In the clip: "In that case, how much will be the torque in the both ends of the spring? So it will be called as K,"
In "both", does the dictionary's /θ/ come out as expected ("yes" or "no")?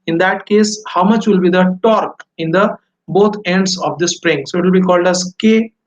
no